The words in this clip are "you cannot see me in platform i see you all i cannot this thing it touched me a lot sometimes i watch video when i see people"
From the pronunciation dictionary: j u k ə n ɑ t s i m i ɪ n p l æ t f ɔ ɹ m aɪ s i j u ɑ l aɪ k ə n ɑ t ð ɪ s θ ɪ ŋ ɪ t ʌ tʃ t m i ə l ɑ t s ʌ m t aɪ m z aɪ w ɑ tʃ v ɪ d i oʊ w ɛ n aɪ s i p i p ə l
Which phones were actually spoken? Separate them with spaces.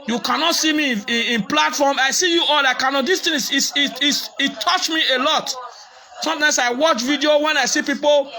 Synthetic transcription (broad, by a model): j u k ə n ɑ t s i m i ɪ n p l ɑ t f ɔ m aɪ s i j u ɑ l aɪ k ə n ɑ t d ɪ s t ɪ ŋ ɪ s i s t m i ə l ɑ t s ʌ m t aɪ m s aɪ w ɑ tʃ v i d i oʊ w ɛ n aɪ s i p i p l